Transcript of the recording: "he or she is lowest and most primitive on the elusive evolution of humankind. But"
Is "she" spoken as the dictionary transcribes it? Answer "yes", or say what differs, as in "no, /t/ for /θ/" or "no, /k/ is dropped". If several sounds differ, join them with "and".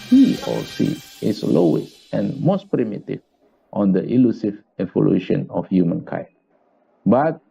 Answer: no, /s/ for /ʃ/